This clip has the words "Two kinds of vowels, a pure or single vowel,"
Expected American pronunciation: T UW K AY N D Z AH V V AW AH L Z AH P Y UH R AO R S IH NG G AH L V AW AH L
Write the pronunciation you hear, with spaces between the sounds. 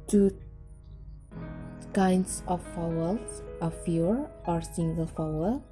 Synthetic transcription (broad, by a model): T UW K AY N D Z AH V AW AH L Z AH F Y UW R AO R S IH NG G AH L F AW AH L